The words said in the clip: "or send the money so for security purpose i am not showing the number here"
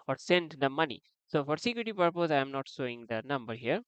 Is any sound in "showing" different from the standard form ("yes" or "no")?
yes